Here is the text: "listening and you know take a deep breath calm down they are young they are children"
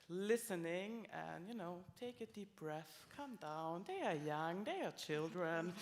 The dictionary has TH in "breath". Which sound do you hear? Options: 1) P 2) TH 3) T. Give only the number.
2